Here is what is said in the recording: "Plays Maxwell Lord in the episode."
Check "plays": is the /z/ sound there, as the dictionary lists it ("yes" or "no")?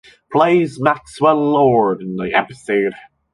yes